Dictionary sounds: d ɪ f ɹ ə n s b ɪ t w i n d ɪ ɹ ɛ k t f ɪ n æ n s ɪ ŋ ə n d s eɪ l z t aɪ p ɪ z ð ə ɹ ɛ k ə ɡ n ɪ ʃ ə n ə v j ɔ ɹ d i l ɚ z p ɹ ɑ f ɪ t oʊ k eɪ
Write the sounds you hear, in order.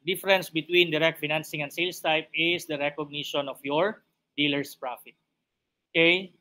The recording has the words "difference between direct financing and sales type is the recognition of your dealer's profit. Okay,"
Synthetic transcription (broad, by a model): d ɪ f ɹ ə n s b ɪ t w i n d ɪ ɹ ɛ k t f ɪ n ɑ n s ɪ ŋ ə n d s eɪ l s t aɪ p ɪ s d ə ɹ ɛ k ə ɡ n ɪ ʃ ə n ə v j ɔ ɹ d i l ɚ s p ɹ ɑ f ɪ t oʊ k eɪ